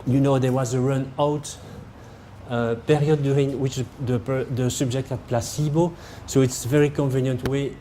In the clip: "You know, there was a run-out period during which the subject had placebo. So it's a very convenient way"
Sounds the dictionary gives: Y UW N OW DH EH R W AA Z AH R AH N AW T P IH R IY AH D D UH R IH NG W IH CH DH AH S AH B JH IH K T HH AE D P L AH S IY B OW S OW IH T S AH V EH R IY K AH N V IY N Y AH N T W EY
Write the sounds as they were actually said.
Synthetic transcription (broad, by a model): Y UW N OW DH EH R W AA Z AH R AH N AW T P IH R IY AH D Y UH R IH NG W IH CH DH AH S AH B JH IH K T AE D P L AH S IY B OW S OW IH T S AH V EH R IY K AH N V IY N Y AH N T W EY